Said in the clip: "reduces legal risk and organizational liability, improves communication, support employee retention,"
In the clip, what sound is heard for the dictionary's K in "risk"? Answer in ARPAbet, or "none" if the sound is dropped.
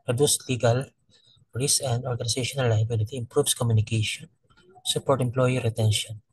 none